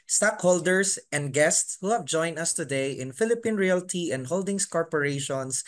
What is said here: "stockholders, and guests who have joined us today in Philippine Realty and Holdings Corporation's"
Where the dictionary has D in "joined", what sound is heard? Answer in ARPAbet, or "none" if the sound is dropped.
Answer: none